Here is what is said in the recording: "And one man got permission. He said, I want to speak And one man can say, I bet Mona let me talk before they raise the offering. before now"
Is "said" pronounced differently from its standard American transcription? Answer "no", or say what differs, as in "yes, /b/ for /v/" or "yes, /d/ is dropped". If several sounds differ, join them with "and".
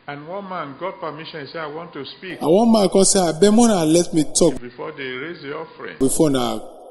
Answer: yes, /d/ is dropped